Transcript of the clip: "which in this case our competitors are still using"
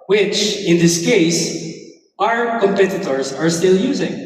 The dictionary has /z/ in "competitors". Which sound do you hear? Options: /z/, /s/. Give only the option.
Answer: /z/